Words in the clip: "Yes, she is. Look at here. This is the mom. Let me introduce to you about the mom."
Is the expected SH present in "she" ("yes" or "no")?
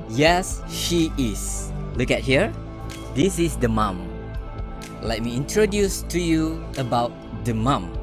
yes